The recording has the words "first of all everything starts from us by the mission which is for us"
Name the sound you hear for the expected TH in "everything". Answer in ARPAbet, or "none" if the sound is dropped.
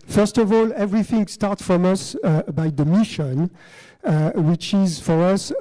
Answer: TH